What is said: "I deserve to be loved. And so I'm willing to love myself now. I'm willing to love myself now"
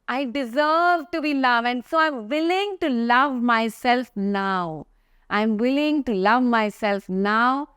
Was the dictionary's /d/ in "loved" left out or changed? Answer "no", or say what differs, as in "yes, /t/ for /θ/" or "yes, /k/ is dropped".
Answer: yes, /d/ is dropped